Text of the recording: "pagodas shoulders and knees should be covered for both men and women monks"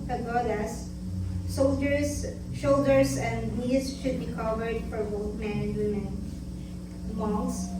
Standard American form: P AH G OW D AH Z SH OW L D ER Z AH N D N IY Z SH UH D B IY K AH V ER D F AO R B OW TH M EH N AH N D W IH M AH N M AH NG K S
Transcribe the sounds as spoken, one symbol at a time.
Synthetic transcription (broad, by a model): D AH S OW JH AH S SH OW L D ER S AH N D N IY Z SH UH D B IY K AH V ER D F AO R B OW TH M EH N AH N D W IH M AH N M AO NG S